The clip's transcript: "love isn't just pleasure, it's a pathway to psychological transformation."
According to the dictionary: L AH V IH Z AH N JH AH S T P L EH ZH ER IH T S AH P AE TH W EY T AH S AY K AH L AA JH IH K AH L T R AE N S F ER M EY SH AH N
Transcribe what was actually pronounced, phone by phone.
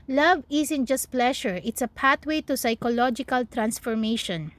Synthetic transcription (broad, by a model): L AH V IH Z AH N JH AH S T P L EH SH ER IH T S AH P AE T W EY T AH S AY K AH L AA JH IH K AH L T R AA N S F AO M EY SH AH N